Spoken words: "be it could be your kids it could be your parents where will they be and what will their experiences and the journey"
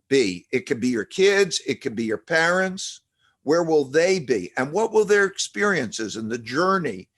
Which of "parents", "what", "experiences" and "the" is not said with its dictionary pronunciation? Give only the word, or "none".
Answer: none